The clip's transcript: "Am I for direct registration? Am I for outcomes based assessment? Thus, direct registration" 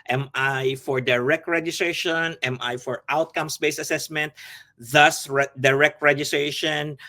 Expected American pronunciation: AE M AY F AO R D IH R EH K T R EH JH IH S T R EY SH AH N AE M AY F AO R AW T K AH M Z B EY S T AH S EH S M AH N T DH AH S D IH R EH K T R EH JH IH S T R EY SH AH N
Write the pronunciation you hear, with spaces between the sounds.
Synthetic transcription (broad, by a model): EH M AY F AO R D IH R EH K T R EH JH IH S T R EY SH AH N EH M AY F AO R AW T K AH M S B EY S AH S EH S M AH N T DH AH S D IH R EH K T R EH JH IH S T R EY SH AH N